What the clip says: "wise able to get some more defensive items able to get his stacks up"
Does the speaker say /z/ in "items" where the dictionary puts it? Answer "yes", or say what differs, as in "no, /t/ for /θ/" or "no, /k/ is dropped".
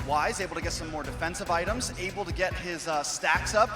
yes